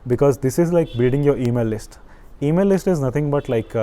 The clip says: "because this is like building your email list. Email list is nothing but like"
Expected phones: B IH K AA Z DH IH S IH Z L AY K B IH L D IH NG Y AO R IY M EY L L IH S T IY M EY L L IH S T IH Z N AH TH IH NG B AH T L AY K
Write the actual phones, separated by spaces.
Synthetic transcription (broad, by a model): B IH K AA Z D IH S IH Z L AY K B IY D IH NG Y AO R IY M EY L L IH S T IY M EY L L IH S T IH Z N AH T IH NG B AH T L AY K